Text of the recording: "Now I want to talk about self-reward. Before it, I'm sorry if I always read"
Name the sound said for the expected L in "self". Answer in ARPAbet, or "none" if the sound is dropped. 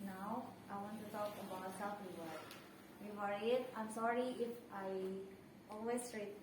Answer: none